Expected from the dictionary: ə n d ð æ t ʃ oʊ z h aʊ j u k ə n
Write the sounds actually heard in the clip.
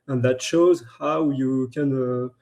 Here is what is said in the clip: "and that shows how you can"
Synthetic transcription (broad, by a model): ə n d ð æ t ʃ oʊ z h aʊ j u k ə n